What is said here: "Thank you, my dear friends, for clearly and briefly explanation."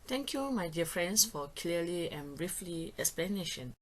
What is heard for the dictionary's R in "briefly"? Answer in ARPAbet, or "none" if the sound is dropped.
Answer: R